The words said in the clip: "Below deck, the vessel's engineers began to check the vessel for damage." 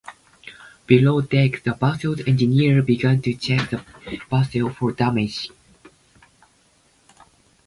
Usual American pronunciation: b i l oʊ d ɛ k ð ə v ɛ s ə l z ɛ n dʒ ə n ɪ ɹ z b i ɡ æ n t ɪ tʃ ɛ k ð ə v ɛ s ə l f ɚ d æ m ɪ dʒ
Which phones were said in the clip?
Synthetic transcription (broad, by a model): b i l oʊ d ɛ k ð ə b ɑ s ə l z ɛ n dʒ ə n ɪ ɹ b i ɡ æ n t ɪ tʃ ɛ k ð ə b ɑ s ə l f ɚ d æ m ɪ dʒ